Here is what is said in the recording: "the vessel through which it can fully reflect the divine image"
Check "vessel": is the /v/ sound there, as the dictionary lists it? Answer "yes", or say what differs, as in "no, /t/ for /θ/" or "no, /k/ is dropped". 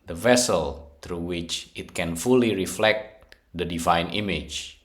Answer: yes